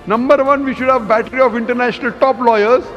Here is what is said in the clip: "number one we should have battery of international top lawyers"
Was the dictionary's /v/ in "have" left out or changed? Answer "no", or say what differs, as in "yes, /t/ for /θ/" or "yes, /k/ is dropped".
no